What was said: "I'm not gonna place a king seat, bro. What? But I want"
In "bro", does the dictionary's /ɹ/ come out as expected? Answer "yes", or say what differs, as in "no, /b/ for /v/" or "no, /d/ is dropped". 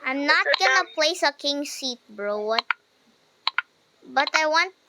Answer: yes